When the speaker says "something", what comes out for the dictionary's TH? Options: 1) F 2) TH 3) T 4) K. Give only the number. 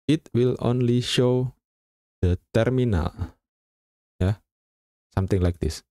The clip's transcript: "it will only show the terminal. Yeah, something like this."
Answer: 3